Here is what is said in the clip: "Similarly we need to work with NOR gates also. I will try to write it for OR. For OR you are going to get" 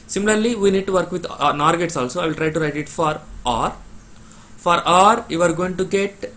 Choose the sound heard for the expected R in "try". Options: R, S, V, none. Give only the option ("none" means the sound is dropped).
R